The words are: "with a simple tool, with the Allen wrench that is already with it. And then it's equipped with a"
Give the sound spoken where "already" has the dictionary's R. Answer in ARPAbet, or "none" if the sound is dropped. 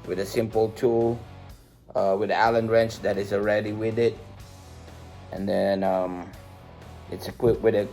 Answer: R